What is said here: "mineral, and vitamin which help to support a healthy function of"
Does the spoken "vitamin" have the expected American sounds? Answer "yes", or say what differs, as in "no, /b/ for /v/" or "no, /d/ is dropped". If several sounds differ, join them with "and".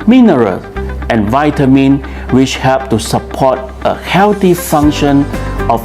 yes